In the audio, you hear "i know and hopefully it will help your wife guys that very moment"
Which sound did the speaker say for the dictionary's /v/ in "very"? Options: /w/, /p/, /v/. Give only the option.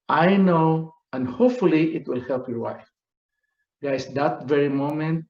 /v/